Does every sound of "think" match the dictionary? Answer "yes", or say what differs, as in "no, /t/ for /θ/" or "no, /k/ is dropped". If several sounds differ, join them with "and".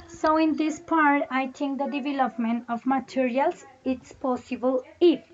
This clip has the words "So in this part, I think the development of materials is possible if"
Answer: no, /t/ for /θ/